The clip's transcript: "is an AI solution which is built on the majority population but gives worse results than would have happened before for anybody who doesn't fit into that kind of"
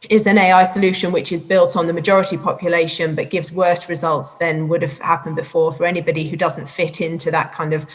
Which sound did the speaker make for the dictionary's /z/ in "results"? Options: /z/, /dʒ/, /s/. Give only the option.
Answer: /z/